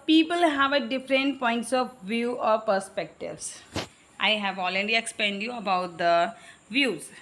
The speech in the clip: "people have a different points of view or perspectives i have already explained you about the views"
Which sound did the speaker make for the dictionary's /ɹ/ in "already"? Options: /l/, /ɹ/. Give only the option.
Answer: /l/